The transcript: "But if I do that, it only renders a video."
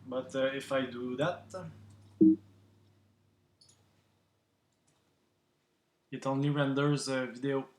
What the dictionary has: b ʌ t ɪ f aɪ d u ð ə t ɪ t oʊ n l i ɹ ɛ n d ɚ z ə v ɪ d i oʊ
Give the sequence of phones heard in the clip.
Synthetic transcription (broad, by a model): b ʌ t ɪ f aɪ d u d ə t ɪ t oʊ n i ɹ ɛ n d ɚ z v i d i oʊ